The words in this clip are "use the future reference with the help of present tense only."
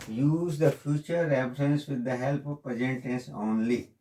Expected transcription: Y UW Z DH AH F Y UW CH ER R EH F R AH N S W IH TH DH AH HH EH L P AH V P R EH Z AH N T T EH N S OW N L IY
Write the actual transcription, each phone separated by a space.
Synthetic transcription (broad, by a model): Y UW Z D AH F Y UW CH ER R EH P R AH N S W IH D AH HH EH L P AH V P EH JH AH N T T EH N S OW N L IY